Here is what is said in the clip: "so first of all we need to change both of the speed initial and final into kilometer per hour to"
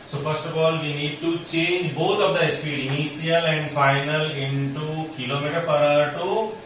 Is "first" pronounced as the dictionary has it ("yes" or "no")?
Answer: no